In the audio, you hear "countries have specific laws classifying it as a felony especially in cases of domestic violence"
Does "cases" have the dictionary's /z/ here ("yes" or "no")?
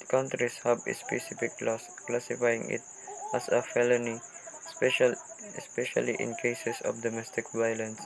no